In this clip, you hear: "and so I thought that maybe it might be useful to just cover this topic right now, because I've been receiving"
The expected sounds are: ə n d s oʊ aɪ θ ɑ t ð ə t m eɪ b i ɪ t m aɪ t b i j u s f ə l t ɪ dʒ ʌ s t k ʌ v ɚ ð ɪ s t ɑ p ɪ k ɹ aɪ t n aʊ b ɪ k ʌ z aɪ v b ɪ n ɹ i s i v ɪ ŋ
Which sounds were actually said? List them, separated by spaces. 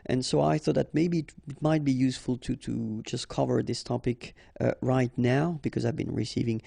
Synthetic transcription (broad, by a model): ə n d s oʊ aɪ θ ɑ t ð ə t m eɪ b i ɪ t m aɪ t b i j u s f ə l t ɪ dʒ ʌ s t k ʌ v ɚ ð ɪ s t ɑ p ɪ k ɹ aɪ t n aʊ b ɪ k ʌ z aɪ v b ɪ n ɹ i s i v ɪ ŋ